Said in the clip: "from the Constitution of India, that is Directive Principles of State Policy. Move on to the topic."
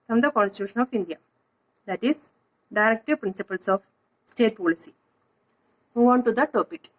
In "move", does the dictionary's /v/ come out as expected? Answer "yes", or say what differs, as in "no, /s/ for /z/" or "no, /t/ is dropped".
no, /v/ is dropped